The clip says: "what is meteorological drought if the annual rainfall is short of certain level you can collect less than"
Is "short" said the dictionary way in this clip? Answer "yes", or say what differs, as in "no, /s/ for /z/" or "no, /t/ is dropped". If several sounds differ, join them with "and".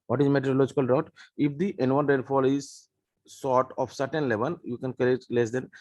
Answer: no, /s/ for /ʃ/